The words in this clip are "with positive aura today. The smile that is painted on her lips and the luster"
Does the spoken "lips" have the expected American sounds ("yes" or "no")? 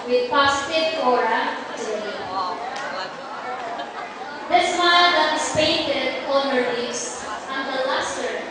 no